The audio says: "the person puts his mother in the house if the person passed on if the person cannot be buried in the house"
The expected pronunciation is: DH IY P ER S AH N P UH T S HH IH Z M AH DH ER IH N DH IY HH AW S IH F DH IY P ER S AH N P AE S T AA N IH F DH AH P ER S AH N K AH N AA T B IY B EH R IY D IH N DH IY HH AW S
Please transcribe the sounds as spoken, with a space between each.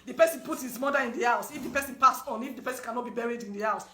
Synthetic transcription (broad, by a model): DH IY P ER S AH N P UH T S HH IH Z M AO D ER IH N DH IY HH AW S IH F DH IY P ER S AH N P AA S AA N IH F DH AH P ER S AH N K AH N AA T B IY B EH R IY D IH N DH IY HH AW S